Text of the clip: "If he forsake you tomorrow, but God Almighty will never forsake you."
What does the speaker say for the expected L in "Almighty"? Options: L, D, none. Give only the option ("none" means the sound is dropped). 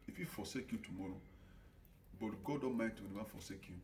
none